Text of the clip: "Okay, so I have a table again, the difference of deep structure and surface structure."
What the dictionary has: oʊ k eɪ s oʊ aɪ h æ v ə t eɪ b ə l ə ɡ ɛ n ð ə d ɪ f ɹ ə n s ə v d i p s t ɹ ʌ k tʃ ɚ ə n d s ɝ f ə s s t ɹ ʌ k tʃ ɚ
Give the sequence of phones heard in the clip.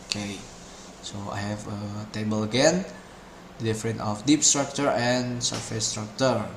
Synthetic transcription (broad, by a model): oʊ k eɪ s oʊ aɪ h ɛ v ə t eɪ b ə l ə ɡ ɛ n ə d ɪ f ɹ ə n ə f d i p s t ɹ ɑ k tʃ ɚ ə n s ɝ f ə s s t ɹ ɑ k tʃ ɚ